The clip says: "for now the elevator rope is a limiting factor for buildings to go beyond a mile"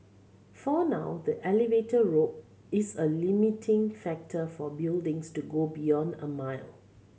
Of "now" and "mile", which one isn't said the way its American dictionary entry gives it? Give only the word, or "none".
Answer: none